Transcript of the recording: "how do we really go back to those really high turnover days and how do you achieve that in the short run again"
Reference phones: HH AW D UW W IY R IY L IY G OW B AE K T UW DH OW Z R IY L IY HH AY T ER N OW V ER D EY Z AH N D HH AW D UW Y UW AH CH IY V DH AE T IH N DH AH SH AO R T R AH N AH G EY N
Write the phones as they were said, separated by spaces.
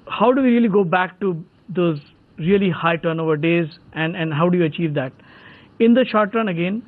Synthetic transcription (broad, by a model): HH AW D UW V IY R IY L IY G OW B AE K T UW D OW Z R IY L IY HH AY T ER N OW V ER D EY Z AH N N HH AW D UW Y UW AH CH IY V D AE T IH N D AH SH AO R T R AH N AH G EY N